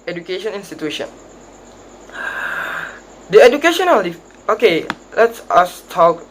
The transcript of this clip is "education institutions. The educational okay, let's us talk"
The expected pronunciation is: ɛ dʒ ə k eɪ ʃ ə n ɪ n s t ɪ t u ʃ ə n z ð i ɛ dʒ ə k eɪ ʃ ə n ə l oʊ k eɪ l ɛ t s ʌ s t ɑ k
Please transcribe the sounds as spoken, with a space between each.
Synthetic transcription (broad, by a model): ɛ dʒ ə k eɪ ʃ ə n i n s t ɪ t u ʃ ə n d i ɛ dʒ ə k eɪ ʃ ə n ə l oʊ k eɪ l ɛ t s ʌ s t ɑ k